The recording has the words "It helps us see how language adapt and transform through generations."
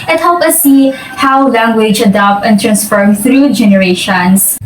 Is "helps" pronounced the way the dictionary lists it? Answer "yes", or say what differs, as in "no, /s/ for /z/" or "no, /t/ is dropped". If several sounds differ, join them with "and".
no, /s/ is dropped